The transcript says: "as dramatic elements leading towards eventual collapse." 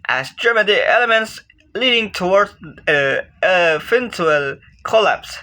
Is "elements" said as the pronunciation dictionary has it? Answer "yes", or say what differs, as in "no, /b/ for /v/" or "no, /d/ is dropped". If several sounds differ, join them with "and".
yes